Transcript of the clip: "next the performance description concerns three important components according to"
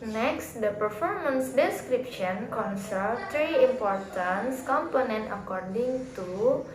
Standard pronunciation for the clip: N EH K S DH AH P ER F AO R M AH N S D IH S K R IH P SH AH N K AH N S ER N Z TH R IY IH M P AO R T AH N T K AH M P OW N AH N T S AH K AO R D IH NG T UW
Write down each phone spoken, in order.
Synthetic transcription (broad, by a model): N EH K S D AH P ER F AO R M AH N S D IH S K R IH P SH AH N K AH N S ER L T R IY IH M P AO R T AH N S K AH M P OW N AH N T AH K AO R D IH NG T UW